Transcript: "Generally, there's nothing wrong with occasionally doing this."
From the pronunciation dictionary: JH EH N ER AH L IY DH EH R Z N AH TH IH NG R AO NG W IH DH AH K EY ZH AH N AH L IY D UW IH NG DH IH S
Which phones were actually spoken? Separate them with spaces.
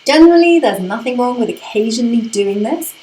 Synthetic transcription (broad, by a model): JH EH N ER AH L IY DH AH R Z N AH TH IH NG R AO NG W IH DH AH K EY ZH AH N AH L IY D UW IH NG DH IH S